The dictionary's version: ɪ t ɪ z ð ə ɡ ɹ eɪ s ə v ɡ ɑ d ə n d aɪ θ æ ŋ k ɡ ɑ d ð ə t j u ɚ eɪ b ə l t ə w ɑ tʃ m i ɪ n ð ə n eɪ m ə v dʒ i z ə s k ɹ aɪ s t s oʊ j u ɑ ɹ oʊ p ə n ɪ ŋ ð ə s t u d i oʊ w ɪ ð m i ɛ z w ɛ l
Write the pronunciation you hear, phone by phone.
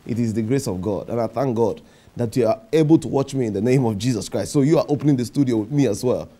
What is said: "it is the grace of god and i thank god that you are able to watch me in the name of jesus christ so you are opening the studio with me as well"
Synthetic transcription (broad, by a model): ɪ t ɪ z ð ə ɡ ɹ eɪ s ə v ɡ ɑ d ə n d aɪ θ æ ŋ k ɡ ɑ d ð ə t j u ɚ eɪ b ə l t ə w ɑ tʃ m i ɪ n ð ə n eɪ m ə v dʒ i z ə s k ɹ aɪ s t s oʊ j u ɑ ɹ oʊ p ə n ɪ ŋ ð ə s t u d i oʊ w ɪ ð m i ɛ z w ɛ l